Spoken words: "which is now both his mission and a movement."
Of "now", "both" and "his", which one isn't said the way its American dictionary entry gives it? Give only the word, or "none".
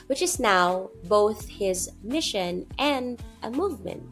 none